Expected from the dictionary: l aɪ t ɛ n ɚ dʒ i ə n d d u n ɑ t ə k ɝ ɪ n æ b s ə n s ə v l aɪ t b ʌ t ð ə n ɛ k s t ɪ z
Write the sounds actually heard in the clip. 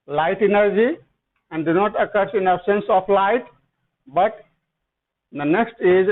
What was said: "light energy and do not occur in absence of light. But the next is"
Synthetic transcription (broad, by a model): l aɪ t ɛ n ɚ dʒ i ə n d d u n ɑ t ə k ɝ ɪ n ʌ s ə n s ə p l aɪ t b ʌ t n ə n ɛ k s t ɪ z